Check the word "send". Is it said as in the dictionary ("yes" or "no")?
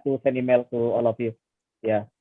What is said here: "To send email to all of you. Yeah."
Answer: no